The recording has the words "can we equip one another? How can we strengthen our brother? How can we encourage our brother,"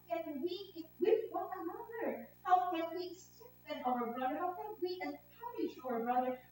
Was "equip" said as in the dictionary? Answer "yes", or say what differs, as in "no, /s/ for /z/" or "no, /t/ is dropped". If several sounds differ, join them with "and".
no, /k/ is dropped